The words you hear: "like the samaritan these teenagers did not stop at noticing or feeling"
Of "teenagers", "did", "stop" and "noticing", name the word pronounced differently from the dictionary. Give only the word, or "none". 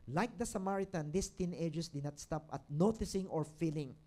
teenagers